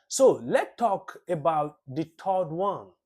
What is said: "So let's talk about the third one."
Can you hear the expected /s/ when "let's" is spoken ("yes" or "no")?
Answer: no